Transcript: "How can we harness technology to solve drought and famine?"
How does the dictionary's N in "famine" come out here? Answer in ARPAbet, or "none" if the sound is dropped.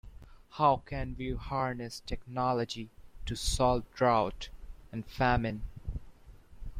N